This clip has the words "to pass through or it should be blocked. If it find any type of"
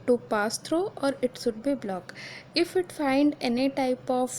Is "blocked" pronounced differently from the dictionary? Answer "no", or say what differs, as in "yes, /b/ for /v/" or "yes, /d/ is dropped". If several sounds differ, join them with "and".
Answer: yes, /t/ is dropped